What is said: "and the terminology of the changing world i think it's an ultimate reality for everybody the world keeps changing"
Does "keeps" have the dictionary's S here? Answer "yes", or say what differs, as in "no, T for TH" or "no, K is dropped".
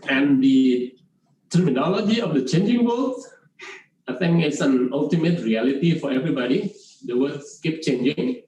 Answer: no, S is dropped